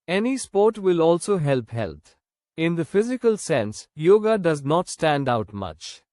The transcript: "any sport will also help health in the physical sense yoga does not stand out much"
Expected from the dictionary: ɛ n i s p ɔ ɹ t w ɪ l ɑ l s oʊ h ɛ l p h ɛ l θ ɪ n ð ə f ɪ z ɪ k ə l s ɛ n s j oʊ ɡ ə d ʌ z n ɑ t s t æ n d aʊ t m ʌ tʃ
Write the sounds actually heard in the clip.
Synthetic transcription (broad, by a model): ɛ n i s p ɔ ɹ t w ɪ l ɑ l s oʊ h ɛ l p h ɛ l t ɪ n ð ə f ɪ z ɪ k ə l s ɛ n s j oʊ ɡ ə d ʌ z n ɑ t s t æ n d aʊ t m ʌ tʃ